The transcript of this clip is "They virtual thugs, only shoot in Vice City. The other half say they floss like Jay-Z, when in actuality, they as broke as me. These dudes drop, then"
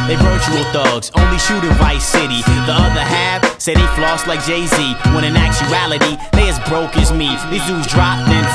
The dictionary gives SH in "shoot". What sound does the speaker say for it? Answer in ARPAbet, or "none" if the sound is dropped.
SH